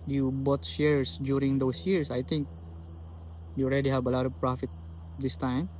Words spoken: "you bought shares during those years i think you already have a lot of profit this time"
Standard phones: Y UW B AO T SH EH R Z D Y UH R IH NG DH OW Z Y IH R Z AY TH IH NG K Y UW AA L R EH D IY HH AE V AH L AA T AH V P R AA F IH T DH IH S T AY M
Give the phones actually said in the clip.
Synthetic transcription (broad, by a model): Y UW B AO T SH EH R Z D Y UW R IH NG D OW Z Y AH R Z AY T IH NG K Y UW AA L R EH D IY HH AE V AH L AA T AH P R AA F IH T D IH S T AY M